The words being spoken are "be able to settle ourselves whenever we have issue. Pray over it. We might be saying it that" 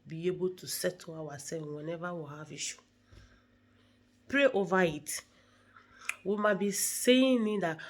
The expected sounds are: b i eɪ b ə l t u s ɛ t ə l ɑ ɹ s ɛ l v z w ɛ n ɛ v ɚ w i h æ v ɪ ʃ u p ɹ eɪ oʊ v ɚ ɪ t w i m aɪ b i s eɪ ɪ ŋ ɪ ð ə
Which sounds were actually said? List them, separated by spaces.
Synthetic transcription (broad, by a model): b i eɪ b ə l t u s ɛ t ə w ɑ s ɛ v w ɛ n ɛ v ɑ w i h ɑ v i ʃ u p ɹ eɪ oʊ v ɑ ɪ t w i m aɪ b i s eɪ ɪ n ɪ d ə